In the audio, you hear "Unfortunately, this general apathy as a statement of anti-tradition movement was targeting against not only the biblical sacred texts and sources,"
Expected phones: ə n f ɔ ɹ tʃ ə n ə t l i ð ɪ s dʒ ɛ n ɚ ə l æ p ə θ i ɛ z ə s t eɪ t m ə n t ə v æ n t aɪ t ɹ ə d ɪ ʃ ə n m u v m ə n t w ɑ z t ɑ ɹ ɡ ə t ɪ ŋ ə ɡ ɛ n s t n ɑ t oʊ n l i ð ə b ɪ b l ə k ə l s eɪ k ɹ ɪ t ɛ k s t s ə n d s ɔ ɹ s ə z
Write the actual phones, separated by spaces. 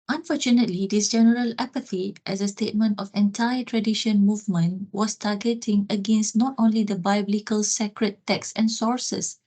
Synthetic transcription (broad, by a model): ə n f ɔ tʃ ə n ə t l i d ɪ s dʒ ɛ n ɚ ə l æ p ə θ i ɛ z ə s t eɪ t m ə n t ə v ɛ n t aɪ t ɹ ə d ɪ ʃ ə n m u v m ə n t w ɑ s t ɑ ɡ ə t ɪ ŋ ə ɡ ɛ n s t n ɑ t oʊ n l i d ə b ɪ b l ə k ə l s eɪ k ɹ ɪ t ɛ k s s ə n s ɔ ɹ s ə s